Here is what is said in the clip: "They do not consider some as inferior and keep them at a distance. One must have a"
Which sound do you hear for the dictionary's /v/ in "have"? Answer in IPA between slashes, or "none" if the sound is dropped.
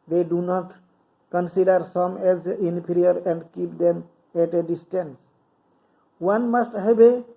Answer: /b/